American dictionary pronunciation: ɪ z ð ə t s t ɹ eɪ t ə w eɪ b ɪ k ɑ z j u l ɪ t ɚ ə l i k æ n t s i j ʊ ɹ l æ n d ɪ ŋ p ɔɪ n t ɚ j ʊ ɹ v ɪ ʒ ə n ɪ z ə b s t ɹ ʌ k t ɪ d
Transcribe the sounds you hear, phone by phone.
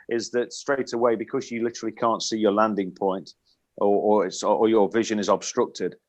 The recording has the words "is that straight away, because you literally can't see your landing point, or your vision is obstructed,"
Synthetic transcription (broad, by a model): ɪ z ð ə t s t ɹ eɪ t ə w eɪ b ɪ k ɑ z j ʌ l ɪ t ɚ ə l i k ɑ n t s i j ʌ l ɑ n d ɪ ŋ p ɔɪ n t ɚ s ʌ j v ɪ ʒ ə n ɪ z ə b s t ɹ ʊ k t ɪ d